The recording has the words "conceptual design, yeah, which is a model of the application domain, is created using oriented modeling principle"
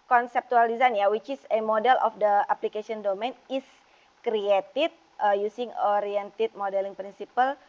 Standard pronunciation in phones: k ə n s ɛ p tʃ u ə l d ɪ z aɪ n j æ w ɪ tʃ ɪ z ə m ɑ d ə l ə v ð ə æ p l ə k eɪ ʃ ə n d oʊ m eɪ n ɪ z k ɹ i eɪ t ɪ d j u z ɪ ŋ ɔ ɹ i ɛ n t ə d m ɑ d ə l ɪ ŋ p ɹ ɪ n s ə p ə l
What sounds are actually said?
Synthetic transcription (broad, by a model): k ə n s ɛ p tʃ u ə l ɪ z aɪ n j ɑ w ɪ tʃ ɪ s ə m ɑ d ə l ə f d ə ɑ p l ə k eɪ s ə n d oʊ m eɪ n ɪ s k ɹ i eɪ t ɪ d j u s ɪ ŋ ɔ ɹ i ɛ n t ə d m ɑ d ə l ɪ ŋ p ɹ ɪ n s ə p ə l